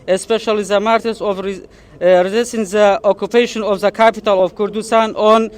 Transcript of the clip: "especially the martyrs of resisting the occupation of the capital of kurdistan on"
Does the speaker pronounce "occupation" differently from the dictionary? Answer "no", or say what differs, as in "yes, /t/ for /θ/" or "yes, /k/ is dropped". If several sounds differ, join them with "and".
no